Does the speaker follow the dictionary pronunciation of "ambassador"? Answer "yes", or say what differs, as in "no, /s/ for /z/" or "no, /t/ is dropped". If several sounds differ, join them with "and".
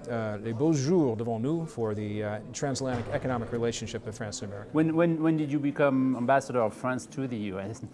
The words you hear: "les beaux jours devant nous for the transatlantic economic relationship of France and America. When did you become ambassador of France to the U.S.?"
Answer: yes